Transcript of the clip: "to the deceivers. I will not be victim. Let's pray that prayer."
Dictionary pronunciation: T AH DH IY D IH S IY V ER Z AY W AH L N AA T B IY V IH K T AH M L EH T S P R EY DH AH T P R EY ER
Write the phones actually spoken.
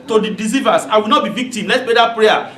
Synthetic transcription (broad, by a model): T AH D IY D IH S IY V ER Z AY W AH L N AA T B IY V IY K T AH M L EH T S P EY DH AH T P R EY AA